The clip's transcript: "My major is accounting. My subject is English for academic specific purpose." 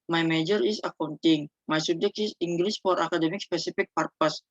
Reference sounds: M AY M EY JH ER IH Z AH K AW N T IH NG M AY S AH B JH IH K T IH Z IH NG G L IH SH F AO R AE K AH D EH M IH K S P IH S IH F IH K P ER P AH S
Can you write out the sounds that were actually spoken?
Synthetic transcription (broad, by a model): M AY M EY JH ER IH S AH K AW N T IH NG M AY S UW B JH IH K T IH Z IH NG G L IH S F AO R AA K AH D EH M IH K S P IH S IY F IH K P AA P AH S